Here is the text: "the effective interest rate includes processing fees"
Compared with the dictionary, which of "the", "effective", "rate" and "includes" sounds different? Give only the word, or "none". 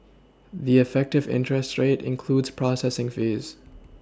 none